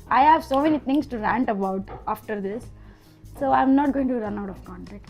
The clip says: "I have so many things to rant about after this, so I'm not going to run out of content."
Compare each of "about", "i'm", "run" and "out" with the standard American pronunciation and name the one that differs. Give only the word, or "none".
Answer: none